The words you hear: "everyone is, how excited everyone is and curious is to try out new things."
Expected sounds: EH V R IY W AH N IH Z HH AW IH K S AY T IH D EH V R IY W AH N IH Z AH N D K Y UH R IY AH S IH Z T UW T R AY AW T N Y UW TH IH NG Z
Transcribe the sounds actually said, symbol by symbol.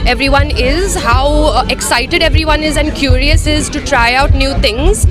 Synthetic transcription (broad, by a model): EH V R IY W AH N IH Z HH AW IH K S AY T IH D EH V R IY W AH N IH Z AH N D K Y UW R IY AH S IH Z T UW T R AY AW T N Y UW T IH NG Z